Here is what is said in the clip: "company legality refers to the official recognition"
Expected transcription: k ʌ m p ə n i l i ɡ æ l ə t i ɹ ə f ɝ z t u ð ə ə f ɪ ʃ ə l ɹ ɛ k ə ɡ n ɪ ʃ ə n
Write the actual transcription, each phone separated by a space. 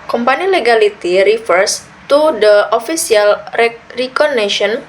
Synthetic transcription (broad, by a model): k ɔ m p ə n i l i ɡ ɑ l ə t i ɹ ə f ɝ s t u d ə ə f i s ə l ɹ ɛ k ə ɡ n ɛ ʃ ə n